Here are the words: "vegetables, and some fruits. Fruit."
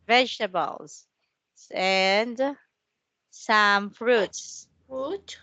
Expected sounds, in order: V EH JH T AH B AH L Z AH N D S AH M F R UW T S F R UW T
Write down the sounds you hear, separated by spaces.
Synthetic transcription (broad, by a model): V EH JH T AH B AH L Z AH N D S AH M F R UW T S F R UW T